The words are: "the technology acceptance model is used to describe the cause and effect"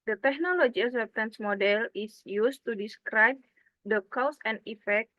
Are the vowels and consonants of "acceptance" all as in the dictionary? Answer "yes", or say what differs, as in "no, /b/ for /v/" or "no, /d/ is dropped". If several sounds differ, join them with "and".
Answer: no, /k/ is dropped